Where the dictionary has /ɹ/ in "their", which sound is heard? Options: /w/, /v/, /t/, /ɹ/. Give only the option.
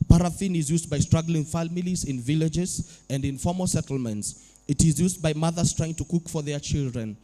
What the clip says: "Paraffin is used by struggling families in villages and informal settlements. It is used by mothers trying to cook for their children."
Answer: /ɹ/